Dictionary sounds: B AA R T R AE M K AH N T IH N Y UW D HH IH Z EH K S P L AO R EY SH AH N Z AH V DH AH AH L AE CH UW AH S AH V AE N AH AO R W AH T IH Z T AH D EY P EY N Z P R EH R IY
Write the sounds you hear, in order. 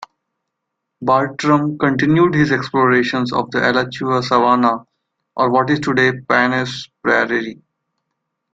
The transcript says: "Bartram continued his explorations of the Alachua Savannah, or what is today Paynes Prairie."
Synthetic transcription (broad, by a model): B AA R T R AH M K AH N T IH N Y UW D HH IH Z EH K S P L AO R EY SH AH N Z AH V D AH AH L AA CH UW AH S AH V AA N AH AO R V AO T IH Z T AH D EY P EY N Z P R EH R IY